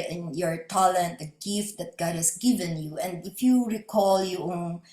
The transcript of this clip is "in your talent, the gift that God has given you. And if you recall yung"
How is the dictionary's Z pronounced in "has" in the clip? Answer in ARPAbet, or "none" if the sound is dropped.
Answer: S